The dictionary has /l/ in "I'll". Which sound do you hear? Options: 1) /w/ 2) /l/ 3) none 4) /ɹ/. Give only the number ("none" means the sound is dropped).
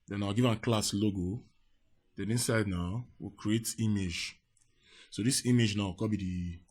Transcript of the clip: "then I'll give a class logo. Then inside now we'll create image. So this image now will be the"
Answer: 1